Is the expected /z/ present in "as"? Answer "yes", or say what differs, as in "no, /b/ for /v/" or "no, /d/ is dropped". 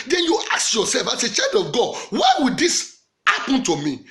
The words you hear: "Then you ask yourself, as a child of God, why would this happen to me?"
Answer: no, /s/ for /z/